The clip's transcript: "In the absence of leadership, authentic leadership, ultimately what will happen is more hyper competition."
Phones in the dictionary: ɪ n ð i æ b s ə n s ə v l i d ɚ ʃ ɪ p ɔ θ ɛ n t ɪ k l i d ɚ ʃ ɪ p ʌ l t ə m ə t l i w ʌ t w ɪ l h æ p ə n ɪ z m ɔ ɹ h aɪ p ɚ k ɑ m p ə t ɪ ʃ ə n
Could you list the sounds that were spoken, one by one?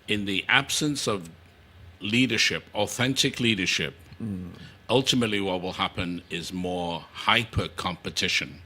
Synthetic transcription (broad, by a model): ɪ n ð i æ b s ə n s ə v l i d ɚ ʃ ɪ p ɔ θ ɛ n t ɪ k l i d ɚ ʃ ɪ p ʌ l t ə m ə t l i w ʌ t w ɪ l h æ p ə n ɪ z m ɔ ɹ h aɪ p ɚ k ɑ m p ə t ɪ ʃ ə n